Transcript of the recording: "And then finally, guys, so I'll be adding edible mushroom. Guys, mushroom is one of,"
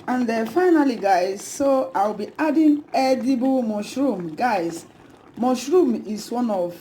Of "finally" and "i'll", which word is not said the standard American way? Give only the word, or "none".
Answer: i'll